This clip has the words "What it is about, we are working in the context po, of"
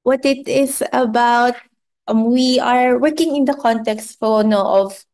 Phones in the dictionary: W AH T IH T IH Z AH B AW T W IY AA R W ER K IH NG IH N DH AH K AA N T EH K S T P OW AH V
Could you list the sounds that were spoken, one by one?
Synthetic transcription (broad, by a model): W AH T IH T IH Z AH B AW T W IY AA R W ER K IH NG IH N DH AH K AA N T EH K S T F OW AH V